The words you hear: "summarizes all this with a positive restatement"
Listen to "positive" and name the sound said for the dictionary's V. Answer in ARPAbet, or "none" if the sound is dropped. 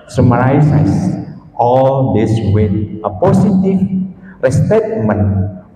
F